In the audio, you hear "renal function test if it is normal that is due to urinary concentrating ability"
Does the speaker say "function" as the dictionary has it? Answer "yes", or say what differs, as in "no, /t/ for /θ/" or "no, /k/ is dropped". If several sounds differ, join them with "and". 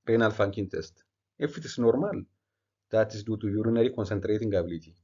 no, /ʃ/ is dropped